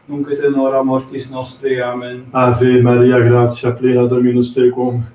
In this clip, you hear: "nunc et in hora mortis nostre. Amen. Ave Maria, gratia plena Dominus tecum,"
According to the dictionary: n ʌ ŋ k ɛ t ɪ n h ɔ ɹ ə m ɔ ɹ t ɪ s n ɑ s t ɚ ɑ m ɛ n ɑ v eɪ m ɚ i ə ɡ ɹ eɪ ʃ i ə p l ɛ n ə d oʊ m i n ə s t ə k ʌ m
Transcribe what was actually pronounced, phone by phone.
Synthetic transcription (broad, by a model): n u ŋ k ɛ t ɪ n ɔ ɹ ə m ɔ ɹ t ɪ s n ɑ s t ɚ ɑ m ɛ n ɑ v eɪ m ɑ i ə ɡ ɹ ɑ s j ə p l ɛ n ə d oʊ m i n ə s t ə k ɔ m